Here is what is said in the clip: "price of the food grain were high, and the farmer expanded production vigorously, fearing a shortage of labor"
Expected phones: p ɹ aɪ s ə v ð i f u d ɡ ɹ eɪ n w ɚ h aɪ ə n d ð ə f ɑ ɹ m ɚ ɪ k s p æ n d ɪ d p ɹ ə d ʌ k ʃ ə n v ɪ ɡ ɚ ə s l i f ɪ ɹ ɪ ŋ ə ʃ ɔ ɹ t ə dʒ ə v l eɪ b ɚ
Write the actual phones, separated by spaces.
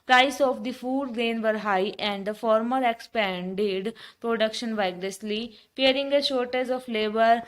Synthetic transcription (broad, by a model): p ɹ aɪ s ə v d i f u d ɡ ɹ eɪ n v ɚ h aɪ ə n d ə f ɑ ɹ m ɚ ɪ k s p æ n d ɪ d p ɹ ə d ʌ k ʃ ə n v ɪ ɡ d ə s l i p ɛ ɹ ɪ ŋ ə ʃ ɔ ɹ t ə z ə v l eɪ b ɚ